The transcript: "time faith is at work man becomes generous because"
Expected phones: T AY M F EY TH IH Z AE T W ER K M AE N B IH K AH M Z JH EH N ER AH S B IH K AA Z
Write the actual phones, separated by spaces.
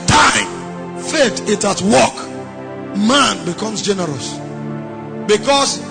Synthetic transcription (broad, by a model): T AY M F EY T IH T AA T W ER K M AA N B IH K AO M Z JH EH N ER AH S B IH K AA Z